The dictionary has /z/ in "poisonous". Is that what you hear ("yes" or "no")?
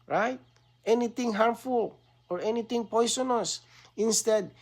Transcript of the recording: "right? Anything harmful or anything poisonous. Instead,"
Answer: no